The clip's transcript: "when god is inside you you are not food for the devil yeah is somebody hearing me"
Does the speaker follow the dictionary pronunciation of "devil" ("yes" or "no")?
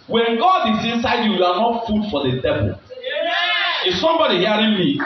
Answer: no